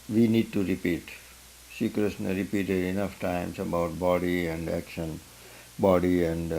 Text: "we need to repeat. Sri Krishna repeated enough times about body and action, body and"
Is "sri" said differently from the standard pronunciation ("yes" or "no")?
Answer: yes